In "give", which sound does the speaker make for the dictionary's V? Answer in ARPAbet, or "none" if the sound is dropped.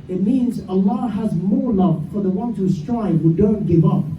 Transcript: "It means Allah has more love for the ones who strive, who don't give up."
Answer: V